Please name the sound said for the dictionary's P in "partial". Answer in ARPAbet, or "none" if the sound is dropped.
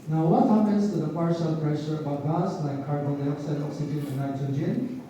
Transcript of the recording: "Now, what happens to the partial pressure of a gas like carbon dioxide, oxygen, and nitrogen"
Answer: P